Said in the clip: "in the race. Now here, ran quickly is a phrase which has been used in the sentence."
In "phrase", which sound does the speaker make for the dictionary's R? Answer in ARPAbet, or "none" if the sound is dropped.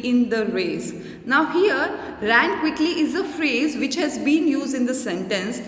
R